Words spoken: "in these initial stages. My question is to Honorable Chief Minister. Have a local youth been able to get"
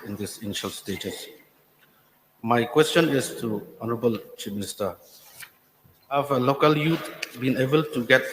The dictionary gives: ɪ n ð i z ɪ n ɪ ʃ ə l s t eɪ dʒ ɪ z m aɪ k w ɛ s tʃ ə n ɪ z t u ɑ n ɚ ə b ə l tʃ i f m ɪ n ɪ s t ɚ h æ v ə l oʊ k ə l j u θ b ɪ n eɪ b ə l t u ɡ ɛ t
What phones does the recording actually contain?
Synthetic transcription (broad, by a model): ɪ n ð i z ɪ n ɪ ʃ ə l s t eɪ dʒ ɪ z m aɪ k w ɛ s tʃ ə n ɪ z t u ɑ n ɚ ə b ə l tʃ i p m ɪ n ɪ s t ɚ h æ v ə l oʊ k ə l j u t b ɪ n eɪ b ə l t u ɡ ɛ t